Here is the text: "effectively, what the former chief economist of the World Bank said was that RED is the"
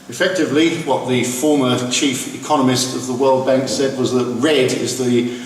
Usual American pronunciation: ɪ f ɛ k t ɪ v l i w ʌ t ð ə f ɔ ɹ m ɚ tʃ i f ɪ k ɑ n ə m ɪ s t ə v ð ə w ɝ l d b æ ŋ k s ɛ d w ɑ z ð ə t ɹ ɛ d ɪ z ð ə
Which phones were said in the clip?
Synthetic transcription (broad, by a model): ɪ f ɛ k t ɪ v l i w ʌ t ð ə f ɔ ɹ m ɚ tʃ i f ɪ k ɑ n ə m ɪ s t ə v ð ə w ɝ l d b æ ŋ k s ɛ d w ɑ z ð ə t ɹ ɛ d ɪ z ð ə